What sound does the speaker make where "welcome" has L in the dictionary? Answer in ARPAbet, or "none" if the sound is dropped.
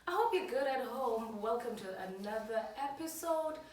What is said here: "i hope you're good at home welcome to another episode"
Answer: L